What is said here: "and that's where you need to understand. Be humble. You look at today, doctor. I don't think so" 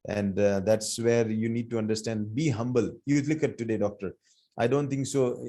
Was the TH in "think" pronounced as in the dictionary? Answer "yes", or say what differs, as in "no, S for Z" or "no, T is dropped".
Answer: no, T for TH